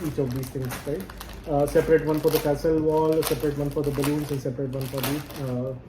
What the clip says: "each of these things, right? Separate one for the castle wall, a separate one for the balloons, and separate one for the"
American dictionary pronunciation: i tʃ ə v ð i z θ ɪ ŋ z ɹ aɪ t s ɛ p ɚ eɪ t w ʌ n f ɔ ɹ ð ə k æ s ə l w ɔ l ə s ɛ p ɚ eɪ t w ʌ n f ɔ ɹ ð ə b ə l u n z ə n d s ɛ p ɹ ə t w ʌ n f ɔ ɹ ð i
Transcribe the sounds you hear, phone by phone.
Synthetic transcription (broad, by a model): i tʃ ə v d i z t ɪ ŋ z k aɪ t s ɛ p ɚ eɪ t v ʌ n f ɔ ɹ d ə k æ s ə l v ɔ l s ɛ p ɚ eɪ t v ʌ n f ɔ ɹ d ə b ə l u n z ə n d s ɛ p ɹ ə t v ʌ n f ɔ ɹ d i